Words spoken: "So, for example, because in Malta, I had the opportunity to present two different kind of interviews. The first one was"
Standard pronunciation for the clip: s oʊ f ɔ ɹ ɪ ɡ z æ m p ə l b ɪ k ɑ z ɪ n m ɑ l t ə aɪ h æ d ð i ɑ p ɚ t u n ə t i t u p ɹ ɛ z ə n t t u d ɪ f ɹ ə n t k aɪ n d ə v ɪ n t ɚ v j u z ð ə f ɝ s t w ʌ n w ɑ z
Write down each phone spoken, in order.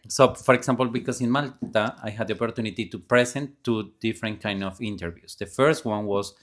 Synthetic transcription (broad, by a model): s oʊ f ɔ ɹ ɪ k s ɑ m p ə l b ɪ k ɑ s ɪ n m ɑ l t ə aɪ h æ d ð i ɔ p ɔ t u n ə t i t u p ɹ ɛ s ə n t t u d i f ɹ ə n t k aɪ n d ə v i n t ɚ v j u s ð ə f ɝ s t w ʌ n w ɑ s